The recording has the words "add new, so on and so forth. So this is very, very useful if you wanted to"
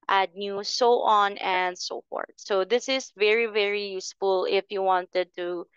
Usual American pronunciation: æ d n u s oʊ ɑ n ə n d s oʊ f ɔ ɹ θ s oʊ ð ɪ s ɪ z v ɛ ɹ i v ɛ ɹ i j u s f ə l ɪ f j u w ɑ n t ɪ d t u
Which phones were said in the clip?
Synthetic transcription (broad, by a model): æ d n u s oʊ ɑ n ə n d s oʊ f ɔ ɹ t s oʊ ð ɪ s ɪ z v ɛ ɹ i v ɛ ɹ i j u s f ə l ɪ f j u w ɑ n t ɪ d t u